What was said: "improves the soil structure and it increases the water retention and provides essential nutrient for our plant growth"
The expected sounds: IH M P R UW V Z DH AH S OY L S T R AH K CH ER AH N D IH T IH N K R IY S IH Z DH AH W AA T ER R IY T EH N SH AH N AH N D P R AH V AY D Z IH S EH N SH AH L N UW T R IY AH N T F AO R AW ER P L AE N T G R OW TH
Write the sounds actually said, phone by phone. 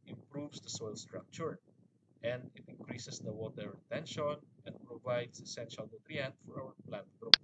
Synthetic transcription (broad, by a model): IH M P R UW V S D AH S OY L S T R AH K CH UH AH N D IH T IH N K R IY S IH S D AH W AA T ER R IY T EH N SH AH N AH N D P R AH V AY D S IH S EH N SH AH L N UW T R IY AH N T F AO R AW ER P L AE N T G R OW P